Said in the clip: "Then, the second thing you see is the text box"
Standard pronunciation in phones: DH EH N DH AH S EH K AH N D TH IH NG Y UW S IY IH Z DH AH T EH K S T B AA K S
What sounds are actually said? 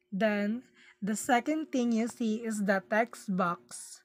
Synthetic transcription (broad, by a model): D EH N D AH S EH K AH N D T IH NG Y UW S IY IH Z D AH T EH K S B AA K S